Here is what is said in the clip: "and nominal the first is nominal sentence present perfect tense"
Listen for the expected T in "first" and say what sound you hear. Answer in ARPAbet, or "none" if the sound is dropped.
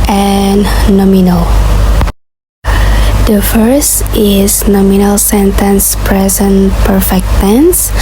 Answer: T